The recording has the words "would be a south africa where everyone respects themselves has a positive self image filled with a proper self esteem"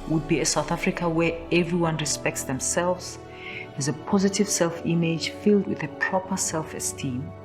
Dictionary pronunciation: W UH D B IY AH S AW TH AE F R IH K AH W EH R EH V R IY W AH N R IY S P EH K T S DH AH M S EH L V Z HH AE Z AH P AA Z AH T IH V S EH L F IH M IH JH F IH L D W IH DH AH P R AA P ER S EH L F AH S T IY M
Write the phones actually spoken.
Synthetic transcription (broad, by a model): W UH D B IY AH S AW TH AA F R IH K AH W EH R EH V R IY W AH N R IY S P EH K T S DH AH M S EH L V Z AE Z AH P AA Z AH T IH V S EH L F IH M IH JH F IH L D W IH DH AH P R AA P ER S EH L F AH S T IY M